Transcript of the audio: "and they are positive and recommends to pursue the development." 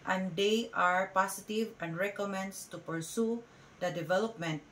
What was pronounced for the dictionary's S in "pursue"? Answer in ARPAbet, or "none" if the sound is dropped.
S